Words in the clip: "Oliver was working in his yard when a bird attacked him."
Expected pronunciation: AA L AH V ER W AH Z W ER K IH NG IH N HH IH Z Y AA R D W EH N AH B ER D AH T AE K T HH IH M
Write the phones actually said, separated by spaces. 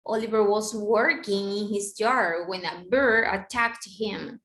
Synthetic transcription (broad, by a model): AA L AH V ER W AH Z W ER K IH NG IH N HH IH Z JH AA R W EH N AH B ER AH T AE K T HH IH M